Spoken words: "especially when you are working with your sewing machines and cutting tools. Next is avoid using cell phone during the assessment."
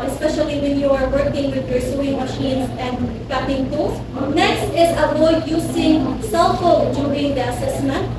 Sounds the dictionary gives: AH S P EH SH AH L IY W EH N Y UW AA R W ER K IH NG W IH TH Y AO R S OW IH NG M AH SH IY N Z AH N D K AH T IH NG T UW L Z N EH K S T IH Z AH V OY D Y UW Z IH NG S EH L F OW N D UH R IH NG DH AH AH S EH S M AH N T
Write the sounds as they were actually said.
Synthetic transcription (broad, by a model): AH S P EH SH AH L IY W EH N Y UW AA R W ER K IH NG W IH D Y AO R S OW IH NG M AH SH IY N S AH N D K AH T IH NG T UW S N EH K S T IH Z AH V OY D Y UW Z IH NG S EH L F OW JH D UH R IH NG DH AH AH S EH S M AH N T